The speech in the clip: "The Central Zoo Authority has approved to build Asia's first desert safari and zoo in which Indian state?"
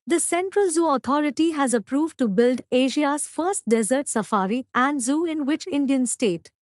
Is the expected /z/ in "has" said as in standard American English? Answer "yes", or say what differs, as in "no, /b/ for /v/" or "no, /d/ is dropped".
yes